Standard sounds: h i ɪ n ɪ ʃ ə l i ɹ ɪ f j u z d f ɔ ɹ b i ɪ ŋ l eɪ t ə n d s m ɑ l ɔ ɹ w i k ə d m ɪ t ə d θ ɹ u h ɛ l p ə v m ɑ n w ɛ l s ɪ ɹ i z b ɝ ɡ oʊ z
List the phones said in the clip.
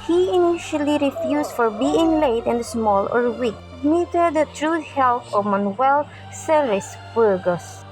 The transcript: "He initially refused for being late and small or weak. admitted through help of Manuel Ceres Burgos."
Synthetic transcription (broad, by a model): h i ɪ n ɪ ʃ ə l i ɹ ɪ f j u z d f ɔ ɹ b i ɪ ŋ l eɪ t ə n d s m ɑ l ɔ ɹ w i k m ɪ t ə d t ɹ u h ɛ l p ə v m ɑ n w ɛ l s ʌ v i s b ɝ ɡ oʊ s